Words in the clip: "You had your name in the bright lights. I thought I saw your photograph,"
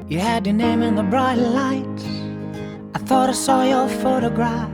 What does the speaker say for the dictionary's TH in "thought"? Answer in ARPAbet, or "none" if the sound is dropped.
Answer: TH